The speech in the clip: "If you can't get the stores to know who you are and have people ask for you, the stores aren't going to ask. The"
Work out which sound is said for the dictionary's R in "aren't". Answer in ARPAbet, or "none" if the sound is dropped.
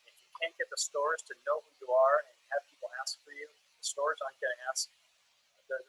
none